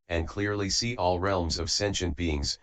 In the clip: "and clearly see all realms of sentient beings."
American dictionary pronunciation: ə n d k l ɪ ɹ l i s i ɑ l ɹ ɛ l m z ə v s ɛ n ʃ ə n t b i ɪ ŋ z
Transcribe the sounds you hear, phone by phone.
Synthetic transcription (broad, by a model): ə n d k l ɪ ɹ l i s i ɑ l ɹ ɛ l m z ə v s ɛ n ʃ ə n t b i ɪ ŋ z